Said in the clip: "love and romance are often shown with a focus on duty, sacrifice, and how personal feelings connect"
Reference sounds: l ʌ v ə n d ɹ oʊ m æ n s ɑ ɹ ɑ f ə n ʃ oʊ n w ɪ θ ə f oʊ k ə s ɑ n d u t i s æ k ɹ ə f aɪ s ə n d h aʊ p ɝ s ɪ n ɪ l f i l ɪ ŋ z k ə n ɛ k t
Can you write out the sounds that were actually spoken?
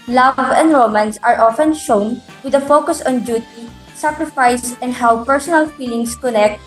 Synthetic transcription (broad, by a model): l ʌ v ə n d ɹ oʊ m æ n s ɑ ɹ ɑ f ə n ʃ oʊ n w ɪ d ə f oʊ k ə s ɑ n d u t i s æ k ɹ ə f aɪ s ə n d h aʊ p ɝ s ɪ n ɪ l f i l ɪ ŋ s k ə n ɛ k t